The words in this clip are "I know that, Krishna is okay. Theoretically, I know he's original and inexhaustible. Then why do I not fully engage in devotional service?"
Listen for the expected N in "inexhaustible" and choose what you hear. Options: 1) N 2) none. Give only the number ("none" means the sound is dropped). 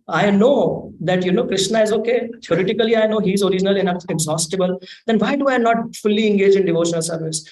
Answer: 2